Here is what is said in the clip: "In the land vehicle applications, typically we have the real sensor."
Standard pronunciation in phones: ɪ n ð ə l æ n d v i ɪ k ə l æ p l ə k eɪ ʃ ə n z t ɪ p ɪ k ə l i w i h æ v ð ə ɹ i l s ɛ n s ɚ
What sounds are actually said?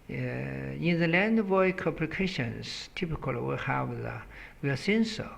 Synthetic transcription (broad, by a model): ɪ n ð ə l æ n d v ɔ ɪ k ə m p l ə k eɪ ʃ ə n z t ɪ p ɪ k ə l w i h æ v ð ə w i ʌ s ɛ n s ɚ